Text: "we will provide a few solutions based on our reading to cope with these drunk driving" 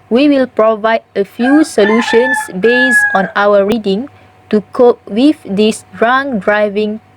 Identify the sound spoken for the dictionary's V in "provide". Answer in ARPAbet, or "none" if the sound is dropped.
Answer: V